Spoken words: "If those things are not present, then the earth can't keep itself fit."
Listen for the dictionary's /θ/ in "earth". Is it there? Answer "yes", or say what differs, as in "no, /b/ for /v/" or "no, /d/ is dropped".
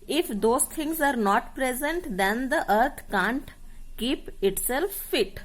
no, /t/ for /θ/